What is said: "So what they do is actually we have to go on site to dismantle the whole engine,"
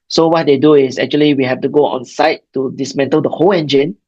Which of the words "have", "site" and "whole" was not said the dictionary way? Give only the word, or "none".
have